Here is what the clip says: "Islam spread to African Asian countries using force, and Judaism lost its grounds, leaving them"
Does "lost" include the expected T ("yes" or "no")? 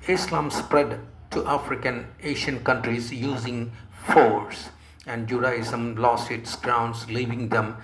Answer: no